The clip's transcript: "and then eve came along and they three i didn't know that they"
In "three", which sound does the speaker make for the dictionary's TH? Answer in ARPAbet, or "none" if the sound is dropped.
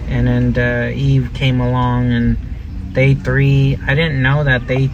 TH